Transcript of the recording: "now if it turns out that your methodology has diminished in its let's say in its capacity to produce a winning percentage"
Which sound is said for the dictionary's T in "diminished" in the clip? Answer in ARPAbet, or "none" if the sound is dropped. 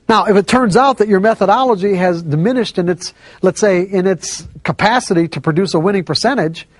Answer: T